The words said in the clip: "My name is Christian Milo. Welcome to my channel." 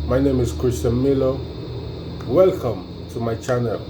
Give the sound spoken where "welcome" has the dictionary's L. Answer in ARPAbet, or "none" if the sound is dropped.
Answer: L